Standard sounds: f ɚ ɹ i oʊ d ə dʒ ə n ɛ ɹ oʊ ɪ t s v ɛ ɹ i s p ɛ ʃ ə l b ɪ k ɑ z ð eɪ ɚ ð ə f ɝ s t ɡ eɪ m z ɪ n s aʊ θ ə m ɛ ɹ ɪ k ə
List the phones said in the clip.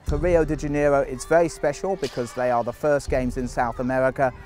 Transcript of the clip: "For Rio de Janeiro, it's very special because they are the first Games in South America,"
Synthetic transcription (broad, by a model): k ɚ ɹ i oʊ d ə dʒ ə n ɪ ɹ oʊ ɪ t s v ɛ ɹ i s p ɛ ʃ ə l b ɪ k ɑ z ð eɪ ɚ ð ə f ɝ s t ɡ eɪ m z ɪ n s aʊ θ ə m ɛ ɹ ɪ k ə